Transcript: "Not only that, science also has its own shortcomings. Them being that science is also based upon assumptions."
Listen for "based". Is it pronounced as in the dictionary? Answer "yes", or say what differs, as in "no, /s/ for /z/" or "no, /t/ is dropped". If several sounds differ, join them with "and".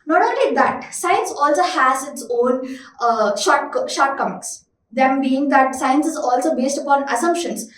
yes